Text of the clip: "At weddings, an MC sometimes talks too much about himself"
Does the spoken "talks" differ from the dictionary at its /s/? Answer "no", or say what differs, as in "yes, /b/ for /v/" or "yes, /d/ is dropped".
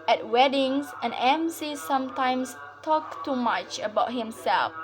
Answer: yes, /s/ is dropped